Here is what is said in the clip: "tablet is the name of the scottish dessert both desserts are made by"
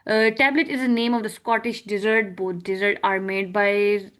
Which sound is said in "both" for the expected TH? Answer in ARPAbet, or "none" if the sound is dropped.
T